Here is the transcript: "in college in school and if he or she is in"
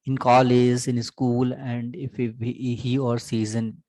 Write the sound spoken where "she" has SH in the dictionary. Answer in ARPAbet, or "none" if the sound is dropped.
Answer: S